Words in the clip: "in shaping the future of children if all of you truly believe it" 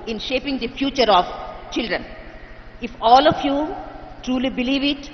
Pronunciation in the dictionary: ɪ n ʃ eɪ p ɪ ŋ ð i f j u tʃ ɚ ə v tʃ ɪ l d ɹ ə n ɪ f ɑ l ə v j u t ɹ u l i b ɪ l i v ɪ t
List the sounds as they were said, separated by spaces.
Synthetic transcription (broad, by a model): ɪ n ʃ eɪ p ɪ ŋ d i f j u tʃ ɚ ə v tʃ ɪ l d ɹ ə n ɪ f ɑ l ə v j u t ɹ u l i b ɪ l i v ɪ t